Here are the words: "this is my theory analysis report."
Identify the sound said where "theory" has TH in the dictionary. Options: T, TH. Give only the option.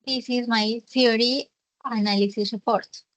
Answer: T